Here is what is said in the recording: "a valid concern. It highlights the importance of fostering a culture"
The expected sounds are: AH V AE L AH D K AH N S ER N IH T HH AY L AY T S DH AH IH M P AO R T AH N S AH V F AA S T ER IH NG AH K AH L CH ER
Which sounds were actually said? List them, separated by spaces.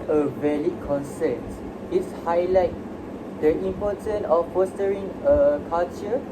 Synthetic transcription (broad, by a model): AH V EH L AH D K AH N S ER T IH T HH AY L AY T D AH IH M P AO T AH N AH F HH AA S T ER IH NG AH K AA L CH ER